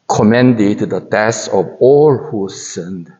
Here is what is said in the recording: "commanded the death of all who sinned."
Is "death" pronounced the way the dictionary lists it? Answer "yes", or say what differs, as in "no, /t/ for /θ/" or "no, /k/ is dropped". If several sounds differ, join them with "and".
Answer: no, /s/ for /θ/